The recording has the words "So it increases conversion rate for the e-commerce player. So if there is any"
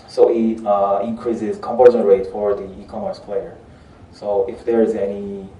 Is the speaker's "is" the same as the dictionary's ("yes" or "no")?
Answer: yes